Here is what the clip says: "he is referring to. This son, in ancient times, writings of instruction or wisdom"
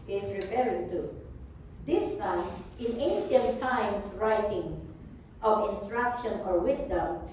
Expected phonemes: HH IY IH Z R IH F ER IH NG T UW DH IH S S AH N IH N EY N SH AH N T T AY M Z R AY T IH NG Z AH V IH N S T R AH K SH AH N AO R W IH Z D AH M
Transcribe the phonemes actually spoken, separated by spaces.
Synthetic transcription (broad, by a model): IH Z R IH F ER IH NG T UW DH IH S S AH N IH N EY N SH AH N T T AY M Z R AY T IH NG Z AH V IH N S T R AH K SH AH N AO R W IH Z D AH M